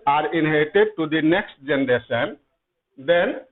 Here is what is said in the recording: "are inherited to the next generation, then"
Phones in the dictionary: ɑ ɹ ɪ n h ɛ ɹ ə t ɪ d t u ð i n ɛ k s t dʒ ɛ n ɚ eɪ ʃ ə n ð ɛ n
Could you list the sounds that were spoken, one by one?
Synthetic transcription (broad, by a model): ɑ ɹ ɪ n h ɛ ə t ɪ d t u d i n ɛ k s t dʒ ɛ n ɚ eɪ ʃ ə n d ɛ n